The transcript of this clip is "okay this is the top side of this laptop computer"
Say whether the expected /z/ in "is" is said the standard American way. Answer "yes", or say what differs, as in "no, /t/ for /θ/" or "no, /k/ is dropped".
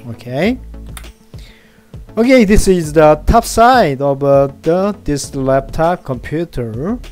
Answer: yes